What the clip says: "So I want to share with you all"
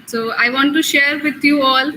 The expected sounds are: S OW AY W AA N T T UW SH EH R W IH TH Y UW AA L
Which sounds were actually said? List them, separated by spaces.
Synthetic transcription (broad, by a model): S OW AY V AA N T T UW SH EH R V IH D Y UW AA L